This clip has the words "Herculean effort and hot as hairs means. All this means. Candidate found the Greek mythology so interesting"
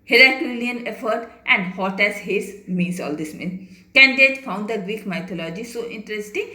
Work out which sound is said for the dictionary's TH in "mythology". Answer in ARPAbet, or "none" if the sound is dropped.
T